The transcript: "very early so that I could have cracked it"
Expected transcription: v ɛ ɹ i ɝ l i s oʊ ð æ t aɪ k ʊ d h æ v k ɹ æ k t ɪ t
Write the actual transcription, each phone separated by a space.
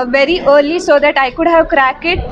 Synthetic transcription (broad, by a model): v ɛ ɹ i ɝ l i s oʊ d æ t aɪ k ʊ d h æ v k ɹ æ k ɪ t